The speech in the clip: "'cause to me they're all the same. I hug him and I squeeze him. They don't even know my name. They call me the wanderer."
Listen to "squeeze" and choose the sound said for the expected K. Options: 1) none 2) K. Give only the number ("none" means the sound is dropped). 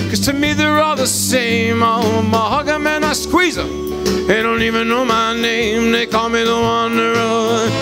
2